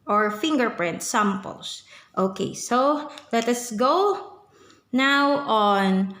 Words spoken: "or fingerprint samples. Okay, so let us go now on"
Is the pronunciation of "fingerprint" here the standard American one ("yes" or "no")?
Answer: yes